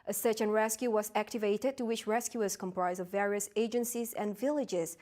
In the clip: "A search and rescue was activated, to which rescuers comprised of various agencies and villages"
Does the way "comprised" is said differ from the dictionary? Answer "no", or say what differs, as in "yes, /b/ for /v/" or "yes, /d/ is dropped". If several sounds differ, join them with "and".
yes, /d/ is dropped